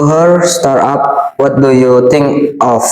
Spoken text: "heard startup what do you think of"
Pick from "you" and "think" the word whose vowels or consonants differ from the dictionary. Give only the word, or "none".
think